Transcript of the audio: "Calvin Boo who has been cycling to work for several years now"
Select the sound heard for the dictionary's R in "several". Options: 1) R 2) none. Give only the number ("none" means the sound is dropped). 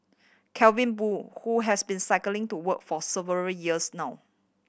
2